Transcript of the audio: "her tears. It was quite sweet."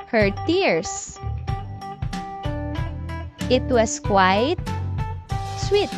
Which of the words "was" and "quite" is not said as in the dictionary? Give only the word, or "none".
was